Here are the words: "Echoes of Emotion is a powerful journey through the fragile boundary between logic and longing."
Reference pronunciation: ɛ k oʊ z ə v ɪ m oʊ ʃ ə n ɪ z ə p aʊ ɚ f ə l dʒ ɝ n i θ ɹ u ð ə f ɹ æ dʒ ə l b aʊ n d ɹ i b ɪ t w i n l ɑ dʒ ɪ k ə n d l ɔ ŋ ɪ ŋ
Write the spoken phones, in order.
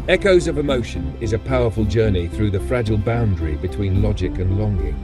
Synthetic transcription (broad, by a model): ɛ k oʊ z ə v ɪ m oʊ ʃ ə n ɪ z ə p aʊ ɚ f ə l dʒ ɝ n i θ ɹ u ð ə f ɹ æ dʒ ə l b aʊ n d ɹ i b ɪ t w i n l ɑ dʒ ɪ k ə n l ɔ ŋ ɪ ŋ